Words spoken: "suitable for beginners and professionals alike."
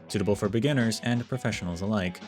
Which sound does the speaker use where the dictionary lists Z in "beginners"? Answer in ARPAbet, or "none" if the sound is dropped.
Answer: Z